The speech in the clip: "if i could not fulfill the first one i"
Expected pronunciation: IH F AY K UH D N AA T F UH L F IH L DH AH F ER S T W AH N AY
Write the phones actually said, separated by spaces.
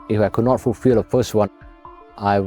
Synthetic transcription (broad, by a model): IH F AY K UH D N AA T F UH L F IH L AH F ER S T W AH AY